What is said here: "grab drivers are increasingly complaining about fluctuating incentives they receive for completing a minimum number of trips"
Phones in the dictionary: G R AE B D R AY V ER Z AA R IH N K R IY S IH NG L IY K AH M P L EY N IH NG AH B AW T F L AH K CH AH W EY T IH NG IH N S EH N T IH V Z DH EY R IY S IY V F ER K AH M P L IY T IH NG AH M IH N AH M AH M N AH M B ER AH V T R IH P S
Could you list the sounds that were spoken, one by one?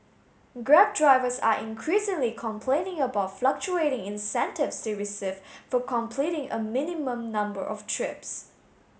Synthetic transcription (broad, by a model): G R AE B D R AY V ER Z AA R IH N K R IY S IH NG L IY K AH M P L EY N IH NG AH B AW T F L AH K CH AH EY T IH NG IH N S EH N T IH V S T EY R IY S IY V F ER K AH M P L IY T IH NG AH M IH N AH M AH M N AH M B ER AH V T R IH P S